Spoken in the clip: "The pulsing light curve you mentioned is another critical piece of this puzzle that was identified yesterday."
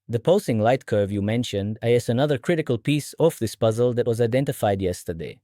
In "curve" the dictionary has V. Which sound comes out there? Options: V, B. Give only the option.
V